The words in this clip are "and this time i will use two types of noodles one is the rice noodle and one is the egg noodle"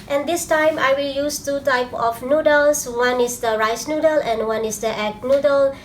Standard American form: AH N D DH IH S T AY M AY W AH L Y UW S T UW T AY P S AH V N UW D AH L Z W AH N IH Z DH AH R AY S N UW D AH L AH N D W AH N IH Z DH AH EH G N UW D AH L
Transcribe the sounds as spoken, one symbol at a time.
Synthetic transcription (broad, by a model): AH N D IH S T AY M AY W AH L Y UW S T UW T AY P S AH F N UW D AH L S W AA N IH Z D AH R AY S N UW D AH L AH N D W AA N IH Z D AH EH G N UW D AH L